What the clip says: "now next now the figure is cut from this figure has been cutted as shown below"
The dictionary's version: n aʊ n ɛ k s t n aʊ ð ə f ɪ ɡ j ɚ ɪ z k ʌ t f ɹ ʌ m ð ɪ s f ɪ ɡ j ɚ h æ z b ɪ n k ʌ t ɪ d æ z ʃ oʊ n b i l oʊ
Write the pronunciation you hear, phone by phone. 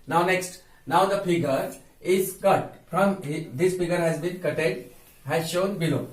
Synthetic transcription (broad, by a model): n aʊ n ɛ k s t n aʊ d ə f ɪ ɡ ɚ ɪ z k ʌ t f ɹ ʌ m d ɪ s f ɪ ɡ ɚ h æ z b ɪ n k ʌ t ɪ d æ z ʃ oʊ n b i l oʊ